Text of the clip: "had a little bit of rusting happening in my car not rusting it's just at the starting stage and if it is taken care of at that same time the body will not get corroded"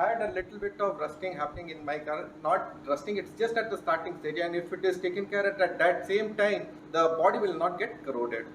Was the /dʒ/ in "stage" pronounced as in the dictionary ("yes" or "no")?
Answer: no